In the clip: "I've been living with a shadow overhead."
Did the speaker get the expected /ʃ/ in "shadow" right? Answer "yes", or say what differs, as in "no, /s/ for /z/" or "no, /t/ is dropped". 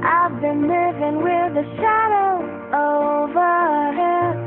yes